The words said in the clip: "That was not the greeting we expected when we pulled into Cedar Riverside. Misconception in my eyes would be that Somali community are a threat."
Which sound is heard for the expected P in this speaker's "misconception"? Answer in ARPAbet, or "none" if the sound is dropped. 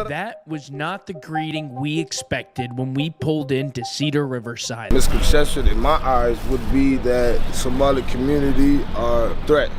none